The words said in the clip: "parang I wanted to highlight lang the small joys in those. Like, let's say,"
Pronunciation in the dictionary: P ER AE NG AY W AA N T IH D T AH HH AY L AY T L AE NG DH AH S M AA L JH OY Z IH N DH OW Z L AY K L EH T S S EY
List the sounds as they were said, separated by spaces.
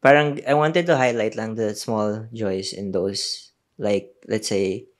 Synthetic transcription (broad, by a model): P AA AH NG AY W AA N T IH D T AH HH AY L AY T L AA NG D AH S M AA L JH OY S IH N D OW S L AY K L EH T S S EY